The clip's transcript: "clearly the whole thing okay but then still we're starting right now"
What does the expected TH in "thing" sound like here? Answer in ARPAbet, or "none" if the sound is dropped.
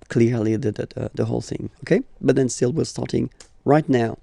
TH